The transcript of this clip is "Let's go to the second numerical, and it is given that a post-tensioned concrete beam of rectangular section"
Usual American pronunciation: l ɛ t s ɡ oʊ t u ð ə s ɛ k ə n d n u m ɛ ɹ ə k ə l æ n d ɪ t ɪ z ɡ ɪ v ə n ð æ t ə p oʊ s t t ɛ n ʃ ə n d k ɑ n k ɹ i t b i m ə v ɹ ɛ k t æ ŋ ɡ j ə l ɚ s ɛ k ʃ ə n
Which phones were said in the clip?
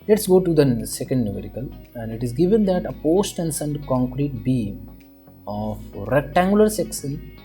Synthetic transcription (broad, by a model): l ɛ t s ɡ oʊ t u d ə s ɛ k ə n d n u m ɛ ɹ ə k ə l æ n d ɪ t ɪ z ɡ ɪ v ə n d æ t ə p oʊ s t t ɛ n s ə n d k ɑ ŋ k ɹ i t b i m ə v ɹ ɛ k t æ ŋ ɡ j ə l ɚ s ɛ k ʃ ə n